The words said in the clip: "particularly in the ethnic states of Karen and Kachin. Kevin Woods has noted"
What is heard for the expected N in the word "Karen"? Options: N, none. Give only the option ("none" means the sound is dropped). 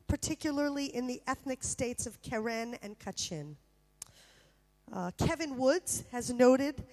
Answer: N